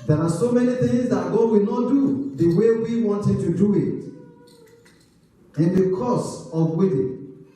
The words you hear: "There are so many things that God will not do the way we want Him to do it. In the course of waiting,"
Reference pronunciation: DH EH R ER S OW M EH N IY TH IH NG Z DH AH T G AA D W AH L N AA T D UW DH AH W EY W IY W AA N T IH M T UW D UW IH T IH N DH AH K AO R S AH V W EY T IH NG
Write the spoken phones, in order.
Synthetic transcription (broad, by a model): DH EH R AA S OW M EH N IY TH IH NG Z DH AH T G AA D W AH L N AA T D UW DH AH W EY W IY W AA N T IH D T UW D UW IH T IH N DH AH K AO S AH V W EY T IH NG